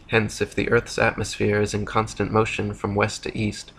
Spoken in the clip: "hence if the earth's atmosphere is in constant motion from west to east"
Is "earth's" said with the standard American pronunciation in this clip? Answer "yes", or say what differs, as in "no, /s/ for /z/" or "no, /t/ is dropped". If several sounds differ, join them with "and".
yes